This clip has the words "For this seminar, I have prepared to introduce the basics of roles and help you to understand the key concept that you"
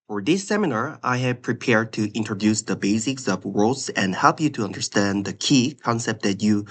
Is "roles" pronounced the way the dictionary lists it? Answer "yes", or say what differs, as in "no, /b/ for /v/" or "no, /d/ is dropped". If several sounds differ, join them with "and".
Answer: no, /w/ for /ɹ/